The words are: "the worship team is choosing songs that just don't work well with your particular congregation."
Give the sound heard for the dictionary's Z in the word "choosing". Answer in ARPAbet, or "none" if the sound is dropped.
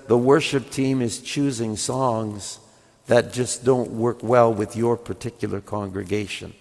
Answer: Z